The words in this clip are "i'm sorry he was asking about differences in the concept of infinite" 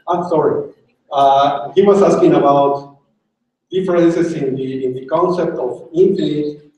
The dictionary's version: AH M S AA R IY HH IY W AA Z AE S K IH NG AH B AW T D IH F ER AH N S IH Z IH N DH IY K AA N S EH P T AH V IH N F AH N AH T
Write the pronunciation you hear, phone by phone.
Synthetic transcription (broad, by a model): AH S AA R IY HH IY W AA S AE S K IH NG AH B AW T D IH F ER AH N S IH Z IH N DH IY K AA N S EH P T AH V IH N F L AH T